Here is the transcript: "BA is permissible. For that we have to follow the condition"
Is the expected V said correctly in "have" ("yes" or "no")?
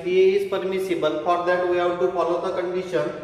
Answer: no